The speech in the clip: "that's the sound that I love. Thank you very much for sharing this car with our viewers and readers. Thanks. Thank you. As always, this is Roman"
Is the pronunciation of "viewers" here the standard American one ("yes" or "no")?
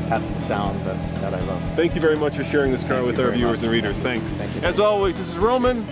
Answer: yes